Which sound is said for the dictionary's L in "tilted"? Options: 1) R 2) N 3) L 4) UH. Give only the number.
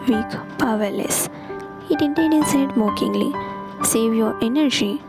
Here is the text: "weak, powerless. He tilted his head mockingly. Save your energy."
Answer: 2